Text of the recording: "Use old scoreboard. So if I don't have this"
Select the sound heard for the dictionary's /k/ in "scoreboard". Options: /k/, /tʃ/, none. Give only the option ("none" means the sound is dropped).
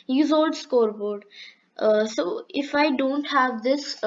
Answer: /k/